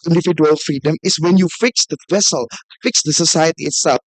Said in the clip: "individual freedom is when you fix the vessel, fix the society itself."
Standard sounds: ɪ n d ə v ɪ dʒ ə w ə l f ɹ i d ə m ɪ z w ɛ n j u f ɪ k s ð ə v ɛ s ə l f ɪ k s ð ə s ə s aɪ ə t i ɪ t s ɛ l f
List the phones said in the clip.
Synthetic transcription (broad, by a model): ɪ n d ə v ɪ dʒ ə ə l f ɹ i d ə m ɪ s w ɛ n j u f ɪ k s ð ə v ɛ s ə l f ɪ k s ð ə s ə s aɪ ə t i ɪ t s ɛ l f